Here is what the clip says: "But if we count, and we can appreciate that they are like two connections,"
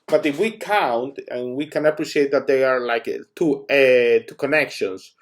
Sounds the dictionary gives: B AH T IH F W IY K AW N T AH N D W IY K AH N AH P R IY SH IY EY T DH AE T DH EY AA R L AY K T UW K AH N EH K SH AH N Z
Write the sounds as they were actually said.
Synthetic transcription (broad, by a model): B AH T IH F W IY K AW N T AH N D W IY K AH N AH P R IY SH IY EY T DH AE T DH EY AA R L AY K T UW K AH N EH K SH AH N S